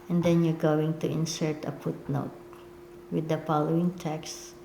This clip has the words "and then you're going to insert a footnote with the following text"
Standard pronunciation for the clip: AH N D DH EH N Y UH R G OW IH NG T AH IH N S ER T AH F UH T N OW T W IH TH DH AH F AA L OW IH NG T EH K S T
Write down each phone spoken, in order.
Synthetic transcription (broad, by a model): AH N D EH N Y UH R G OW IH NG T AH IH N S ER T AH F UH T N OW T W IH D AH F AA L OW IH NG T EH K S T